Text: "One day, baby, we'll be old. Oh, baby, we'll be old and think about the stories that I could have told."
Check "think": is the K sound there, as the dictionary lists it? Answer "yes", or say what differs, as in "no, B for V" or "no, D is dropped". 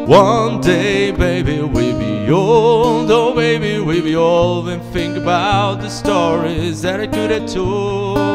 yes